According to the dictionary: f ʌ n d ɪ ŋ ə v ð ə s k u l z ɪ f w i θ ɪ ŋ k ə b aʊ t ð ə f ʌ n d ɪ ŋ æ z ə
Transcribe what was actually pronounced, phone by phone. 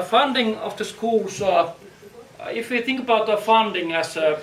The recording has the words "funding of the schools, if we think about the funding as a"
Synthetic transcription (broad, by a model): f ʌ n d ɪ ŋ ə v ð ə s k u l s ɪ f w i θ ɪ ŋ k ə b aʊ t ð ə f ʌ n d ɪ ŋ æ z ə